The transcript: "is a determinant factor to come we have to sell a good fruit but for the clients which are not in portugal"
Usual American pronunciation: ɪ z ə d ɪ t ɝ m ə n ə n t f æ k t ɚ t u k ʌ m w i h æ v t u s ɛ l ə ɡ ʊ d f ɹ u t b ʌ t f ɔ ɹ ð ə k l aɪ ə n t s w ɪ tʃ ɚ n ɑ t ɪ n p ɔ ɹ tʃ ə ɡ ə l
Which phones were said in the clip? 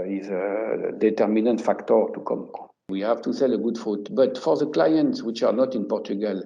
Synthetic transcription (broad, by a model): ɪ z ə d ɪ t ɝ m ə n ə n t f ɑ k t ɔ t u k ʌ m w i h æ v t u s ɛ l ə ɡ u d f u t b ʌ t f ɔ ɹ ð ə k l aɪ ə n t s w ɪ tʃ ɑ n ɑ t ɪ n p ɔ ɹ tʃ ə ɡ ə l